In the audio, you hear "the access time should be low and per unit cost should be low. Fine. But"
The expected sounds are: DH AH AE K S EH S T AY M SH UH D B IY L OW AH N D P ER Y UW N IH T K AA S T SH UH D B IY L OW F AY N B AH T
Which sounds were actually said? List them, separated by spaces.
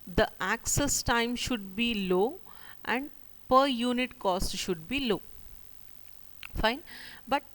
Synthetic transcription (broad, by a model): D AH AE K S EH S T AY M SH UH D B IY L OW AH N D P ER Y UW N IH T K AA S T SH UH D B IY L OW F AY N B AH T